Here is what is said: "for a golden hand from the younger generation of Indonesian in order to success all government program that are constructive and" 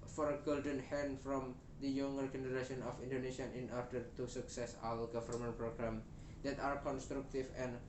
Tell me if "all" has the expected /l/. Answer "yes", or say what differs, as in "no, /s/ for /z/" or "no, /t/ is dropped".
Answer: no, /w/ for /l/